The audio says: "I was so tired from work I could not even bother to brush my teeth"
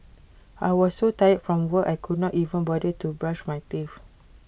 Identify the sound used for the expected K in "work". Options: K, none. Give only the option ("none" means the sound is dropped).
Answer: none